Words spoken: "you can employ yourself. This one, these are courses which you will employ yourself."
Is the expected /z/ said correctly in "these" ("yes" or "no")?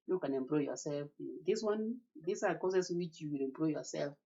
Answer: no